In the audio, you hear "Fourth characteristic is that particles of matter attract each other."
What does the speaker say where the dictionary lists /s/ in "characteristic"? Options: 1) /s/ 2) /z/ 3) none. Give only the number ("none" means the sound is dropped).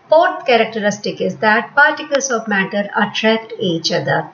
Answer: 1